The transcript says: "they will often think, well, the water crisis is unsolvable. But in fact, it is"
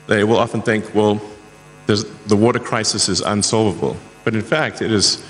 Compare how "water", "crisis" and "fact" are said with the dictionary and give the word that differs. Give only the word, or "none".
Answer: none